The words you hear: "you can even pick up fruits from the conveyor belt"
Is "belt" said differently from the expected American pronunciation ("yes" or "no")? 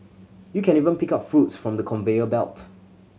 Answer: no